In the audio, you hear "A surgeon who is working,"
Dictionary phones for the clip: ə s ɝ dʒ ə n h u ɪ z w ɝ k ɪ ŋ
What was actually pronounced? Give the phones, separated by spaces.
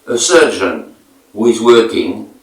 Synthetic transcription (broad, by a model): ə s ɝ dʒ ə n h u ɪ z w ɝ k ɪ ŋ